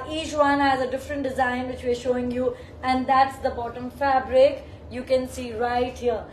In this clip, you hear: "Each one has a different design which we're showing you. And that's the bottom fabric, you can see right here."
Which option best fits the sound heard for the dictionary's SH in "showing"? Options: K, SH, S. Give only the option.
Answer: SH